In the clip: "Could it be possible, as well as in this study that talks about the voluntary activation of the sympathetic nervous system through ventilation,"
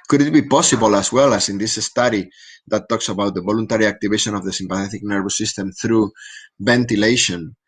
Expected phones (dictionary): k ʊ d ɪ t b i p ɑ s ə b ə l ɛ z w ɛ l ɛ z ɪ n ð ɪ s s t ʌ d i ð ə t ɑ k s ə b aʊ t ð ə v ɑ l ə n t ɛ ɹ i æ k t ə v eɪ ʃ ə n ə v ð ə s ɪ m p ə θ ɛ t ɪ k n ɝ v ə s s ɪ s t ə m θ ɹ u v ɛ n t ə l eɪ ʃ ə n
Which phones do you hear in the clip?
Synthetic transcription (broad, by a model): k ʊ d ɪ t b i p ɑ s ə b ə l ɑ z w ɛ l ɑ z ɪ n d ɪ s s t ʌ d i ð ə t ɑ k s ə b aʊ t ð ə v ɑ l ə n t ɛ ɹ i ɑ k t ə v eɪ ʃ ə n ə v ð ə s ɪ m p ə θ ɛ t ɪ k n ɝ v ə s s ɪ s t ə m θ ɹ u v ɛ n t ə l eɪ ʃ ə n